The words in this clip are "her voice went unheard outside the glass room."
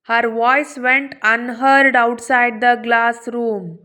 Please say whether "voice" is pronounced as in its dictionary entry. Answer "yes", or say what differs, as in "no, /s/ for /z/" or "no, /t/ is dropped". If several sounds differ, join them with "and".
yes